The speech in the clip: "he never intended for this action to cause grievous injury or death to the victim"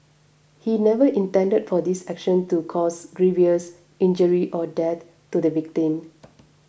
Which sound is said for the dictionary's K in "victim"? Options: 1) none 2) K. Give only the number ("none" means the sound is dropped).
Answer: 2